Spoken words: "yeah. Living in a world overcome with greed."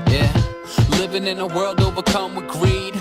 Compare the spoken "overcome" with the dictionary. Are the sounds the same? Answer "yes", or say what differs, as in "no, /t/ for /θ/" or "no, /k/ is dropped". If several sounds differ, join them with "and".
no, /b/ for /v/